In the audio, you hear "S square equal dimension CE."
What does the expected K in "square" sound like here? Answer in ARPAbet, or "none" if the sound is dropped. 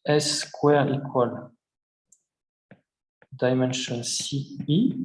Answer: K